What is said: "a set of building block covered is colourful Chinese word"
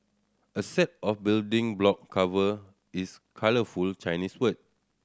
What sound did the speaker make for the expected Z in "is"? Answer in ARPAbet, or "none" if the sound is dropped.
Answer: S